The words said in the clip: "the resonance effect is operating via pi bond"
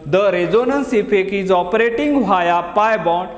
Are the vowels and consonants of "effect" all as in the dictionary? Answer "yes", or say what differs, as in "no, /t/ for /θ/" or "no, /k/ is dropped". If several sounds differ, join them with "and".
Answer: no, /t/ is dropped